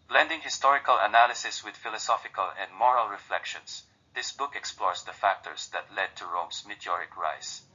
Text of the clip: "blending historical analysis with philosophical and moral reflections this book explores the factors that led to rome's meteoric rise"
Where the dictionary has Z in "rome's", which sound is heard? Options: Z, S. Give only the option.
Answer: S